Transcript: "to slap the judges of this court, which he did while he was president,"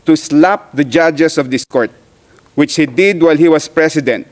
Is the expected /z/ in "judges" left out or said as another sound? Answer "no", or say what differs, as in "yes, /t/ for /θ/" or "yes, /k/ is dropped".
yes, /s/ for /z/